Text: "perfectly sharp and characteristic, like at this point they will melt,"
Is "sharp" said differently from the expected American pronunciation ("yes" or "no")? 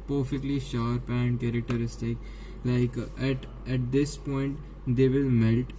no